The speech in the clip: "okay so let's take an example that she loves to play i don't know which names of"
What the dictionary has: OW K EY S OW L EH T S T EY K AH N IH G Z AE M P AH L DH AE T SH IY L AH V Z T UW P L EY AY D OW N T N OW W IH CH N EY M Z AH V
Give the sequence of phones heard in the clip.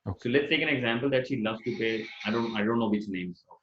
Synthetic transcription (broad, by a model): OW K S OW L EH T S T EY K AH N IH G Z AE M P AH L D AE T SH IY L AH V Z T UW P EY AY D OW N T N OW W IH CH N EY M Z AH